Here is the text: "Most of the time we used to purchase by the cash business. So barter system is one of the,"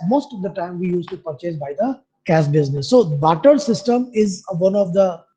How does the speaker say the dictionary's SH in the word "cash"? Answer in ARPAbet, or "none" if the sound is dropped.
S